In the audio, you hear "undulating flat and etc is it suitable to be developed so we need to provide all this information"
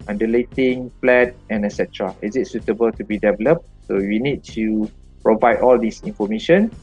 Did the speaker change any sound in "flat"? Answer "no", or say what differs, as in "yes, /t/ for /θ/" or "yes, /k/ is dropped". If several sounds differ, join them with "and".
yes, /p/ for /f/